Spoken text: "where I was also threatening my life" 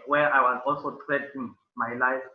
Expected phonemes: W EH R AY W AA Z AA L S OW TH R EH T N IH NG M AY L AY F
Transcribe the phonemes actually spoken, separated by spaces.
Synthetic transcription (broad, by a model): W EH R AY W AA Z AA L S OW T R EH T IH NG M AY L AY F